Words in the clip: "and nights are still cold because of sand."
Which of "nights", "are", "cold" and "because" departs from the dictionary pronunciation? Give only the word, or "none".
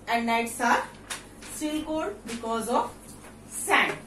cold